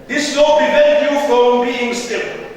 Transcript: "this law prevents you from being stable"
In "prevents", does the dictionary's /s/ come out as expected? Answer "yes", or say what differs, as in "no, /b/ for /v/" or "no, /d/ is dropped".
no, /s/ is dropped